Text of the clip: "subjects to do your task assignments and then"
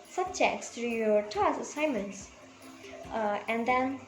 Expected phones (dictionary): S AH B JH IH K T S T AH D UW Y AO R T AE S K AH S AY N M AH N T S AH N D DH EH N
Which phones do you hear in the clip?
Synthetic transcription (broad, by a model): S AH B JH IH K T S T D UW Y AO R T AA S AH S AY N M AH N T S AH N D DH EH N